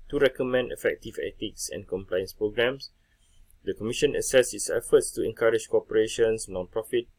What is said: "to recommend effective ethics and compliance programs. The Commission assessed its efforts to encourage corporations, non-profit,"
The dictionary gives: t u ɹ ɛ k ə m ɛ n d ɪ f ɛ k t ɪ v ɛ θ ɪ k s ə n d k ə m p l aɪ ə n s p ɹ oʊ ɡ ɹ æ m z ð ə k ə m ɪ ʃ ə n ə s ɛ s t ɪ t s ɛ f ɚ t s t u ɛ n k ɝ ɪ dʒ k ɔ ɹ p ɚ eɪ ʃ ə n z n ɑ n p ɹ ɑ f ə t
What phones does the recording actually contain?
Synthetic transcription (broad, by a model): t u ɹ ɛ k ə m ɛ n d ɪ f ɛ k t ɪ v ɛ t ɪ k s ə n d k ə m p l aɪ ə n s p ɹ oʊ ɡ ɹ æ m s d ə k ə m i ʃ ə n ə s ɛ s ɪ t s ɛ f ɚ t s t u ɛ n k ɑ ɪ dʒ k ɔ p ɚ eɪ ʃ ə n s n ɑ n p ɹ ɑ f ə t